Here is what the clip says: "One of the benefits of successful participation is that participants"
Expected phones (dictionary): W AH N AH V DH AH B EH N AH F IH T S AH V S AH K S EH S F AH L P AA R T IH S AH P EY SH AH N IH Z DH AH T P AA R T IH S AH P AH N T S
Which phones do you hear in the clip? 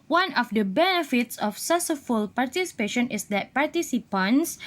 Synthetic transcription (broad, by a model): W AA N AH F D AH B EH N AH F IH T S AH F S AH S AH F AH L P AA R T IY S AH P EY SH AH N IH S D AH T P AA R T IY S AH P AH N S